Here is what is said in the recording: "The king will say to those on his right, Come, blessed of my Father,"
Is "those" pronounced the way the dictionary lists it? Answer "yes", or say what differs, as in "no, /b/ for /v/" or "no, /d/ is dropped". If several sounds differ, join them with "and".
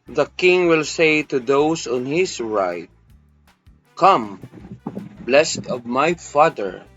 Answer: no, /s/ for /z/